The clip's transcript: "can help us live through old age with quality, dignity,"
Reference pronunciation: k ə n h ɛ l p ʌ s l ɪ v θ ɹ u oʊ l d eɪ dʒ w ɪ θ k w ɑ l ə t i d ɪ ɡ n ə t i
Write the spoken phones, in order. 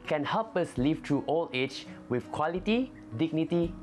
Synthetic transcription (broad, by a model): k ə n h ɛ l p ʌ s l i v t ɹ u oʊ l eɪ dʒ w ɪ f k w ɑ l ə t i d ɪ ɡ n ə t i